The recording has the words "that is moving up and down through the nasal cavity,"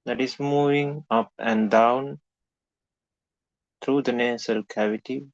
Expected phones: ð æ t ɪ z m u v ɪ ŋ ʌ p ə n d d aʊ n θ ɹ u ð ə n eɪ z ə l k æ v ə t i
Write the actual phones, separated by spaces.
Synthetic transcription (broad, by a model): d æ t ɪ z m u v ɪ ŋ ʌ p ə n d d aʊ n t ɹ u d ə n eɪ s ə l k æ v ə t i